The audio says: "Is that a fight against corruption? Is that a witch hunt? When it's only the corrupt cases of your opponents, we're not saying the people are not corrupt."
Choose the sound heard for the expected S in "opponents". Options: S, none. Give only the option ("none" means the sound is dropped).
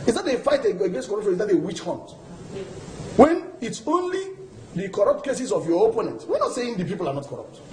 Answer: none